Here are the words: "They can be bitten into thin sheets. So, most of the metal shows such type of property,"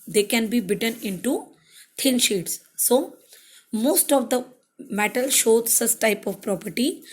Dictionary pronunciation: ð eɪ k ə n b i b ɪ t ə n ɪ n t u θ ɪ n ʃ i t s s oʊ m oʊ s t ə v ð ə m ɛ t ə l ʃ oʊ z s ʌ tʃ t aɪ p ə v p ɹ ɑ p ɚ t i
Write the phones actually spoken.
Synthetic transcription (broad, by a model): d eɪ k ə n b i b ɪ t ə n ɪ n t u t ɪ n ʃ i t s s oʊ m oʊ s t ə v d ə m ɛ t ə l ʃ oʊ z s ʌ s t aɪ p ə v p ɹ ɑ p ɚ t i